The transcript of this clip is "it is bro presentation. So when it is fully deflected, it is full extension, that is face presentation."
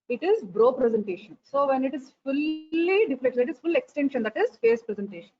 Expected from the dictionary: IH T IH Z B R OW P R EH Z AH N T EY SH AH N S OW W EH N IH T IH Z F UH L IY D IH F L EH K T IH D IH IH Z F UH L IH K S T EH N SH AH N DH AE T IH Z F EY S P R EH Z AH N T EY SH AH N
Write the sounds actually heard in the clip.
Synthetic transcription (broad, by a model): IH T IH Z B R OW P R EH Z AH N T EY SH AH N S OW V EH N IH T IH Z F UH L IY D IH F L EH T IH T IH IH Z F UH L IH K S T EH N SH AH N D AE T IH Z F EY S P R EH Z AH N T EY SH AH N